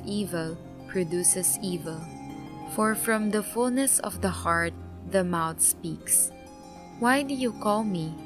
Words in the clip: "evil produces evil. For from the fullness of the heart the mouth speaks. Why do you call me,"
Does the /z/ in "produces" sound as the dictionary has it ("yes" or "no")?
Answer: no